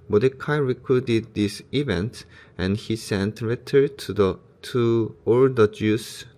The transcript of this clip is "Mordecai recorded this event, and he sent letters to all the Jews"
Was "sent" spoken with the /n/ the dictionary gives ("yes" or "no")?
yes